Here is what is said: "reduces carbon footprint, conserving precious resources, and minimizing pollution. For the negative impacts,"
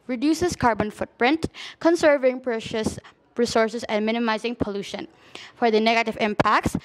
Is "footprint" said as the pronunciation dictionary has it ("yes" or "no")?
yes